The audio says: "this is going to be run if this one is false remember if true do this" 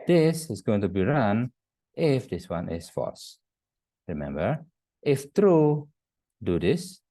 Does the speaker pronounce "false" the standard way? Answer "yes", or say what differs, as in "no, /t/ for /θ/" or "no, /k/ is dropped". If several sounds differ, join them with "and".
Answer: no, /l/ is dropped